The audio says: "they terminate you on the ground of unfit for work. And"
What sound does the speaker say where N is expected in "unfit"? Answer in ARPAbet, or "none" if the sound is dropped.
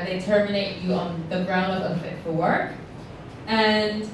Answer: none